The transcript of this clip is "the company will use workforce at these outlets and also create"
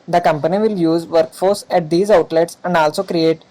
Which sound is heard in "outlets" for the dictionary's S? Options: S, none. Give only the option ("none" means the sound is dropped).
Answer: S